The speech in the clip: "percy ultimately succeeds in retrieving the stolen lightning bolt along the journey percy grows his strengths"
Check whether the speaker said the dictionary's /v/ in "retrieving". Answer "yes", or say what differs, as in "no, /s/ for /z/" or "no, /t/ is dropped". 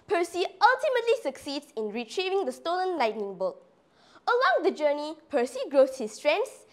yes